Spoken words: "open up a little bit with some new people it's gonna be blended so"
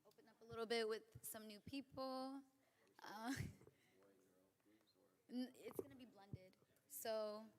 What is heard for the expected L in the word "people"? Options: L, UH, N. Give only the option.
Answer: N